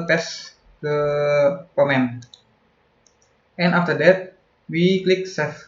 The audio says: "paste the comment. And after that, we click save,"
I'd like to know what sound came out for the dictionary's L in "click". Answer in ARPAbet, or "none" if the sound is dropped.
L